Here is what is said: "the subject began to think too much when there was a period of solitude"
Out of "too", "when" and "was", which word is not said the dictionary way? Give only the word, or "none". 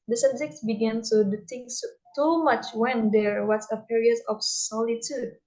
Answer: was